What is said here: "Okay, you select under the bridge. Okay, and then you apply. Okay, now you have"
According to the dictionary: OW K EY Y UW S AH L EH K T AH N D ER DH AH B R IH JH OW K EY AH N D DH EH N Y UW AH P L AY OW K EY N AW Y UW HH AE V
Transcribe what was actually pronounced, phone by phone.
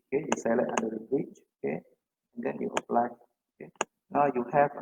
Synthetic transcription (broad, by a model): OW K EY Y UW S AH L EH T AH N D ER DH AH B R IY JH OW K EY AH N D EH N Y UW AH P L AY OW K EY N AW Y UW HH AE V